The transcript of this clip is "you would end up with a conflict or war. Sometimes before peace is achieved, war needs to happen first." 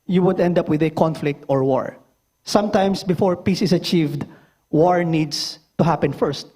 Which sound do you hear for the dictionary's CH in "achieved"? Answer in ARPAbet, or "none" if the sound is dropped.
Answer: CH